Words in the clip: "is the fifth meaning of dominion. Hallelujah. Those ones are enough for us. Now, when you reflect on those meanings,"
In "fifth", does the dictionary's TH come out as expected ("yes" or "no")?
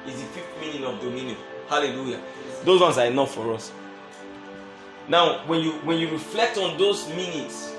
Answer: no